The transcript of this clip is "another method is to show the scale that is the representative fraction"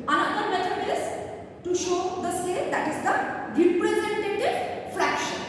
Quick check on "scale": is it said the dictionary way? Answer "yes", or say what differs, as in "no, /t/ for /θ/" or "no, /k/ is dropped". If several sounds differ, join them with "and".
no, /k/ is dropped